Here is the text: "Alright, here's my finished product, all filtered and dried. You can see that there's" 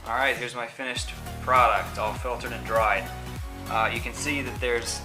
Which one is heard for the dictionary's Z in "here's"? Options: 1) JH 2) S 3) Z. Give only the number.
3